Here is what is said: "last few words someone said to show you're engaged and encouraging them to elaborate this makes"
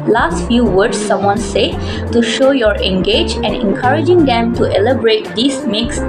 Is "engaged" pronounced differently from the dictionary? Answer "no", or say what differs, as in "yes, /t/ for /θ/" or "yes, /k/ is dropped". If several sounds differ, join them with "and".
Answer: yes, /d/ is dropped